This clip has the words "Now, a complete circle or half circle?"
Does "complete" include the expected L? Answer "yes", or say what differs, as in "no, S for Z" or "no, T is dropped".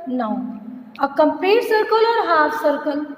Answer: no, L is dropped